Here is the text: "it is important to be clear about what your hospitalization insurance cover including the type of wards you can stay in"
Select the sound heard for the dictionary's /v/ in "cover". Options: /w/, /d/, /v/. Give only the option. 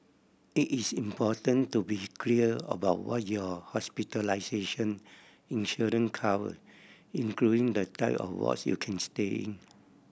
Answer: /w/